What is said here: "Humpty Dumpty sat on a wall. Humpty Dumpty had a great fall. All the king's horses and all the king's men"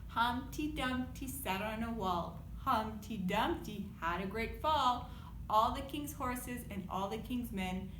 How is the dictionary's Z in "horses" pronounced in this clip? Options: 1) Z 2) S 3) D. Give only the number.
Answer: 1